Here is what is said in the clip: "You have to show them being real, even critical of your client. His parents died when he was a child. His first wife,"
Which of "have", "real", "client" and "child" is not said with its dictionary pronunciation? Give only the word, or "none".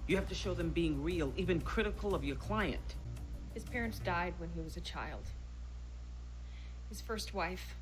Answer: have